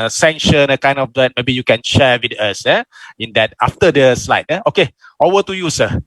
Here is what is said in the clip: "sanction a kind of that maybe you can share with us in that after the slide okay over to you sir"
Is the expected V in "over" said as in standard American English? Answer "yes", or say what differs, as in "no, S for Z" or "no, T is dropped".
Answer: no, V is dropped